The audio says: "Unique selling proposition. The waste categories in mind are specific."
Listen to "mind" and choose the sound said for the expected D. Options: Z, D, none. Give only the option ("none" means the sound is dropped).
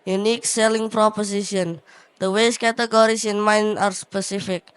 none